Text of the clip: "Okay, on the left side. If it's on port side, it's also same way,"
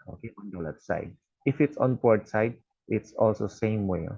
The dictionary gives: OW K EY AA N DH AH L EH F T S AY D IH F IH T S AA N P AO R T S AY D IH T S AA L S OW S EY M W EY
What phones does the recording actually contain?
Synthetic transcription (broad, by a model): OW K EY AA N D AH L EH T S AY D IH F IH T S AA N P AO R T S AY D IH T S AA L S OW S EY M W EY